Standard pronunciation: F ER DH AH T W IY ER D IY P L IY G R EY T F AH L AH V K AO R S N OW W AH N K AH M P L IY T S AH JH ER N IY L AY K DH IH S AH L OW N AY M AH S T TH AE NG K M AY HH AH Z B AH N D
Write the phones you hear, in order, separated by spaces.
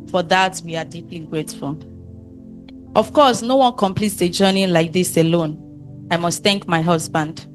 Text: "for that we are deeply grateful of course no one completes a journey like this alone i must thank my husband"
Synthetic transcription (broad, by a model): F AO DH AH T W IY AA D IY P L IY G R EY T F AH L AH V K AO S N OW W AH N K AH M P L IY T S AH JH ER N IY L AY K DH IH S AH L OW N AY M AH S T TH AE NG K M AY HH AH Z B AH N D